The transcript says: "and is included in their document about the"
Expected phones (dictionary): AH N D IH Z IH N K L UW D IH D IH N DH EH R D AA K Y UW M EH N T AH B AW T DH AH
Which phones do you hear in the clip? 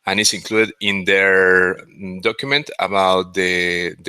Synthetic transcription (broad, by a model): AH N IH S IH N K L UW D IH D IH N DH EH R D AA K Y UW M EH N T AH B AW T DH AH